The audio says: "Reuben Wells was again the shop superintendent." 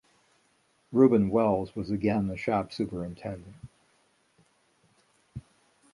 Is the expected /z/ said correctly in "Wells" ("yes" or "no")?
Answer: yes